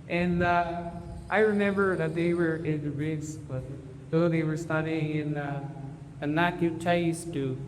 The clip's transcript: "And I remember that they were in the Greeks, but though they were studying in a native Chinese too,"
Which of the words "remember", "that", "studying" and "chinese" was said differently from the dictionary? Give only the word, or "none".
chinese